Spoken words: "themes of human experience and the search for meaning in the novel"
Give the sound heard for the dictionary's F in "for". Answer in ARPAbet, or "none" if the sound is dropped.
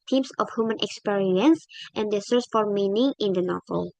F